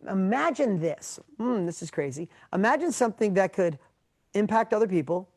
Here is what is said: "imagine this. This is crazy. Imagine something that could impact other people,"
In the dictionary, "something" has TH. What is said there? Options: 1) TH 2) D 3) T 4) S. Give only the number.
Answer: 1